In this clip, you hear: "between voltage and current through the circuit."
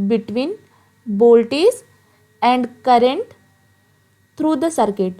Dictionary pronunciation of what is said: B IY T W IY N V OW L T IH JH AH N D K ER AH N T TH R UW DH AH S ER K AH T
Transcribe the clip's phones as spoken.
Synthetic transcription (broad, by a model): B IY T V IY N B OW L T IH Z AH N D K ER AH N T T R UW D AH S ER K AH T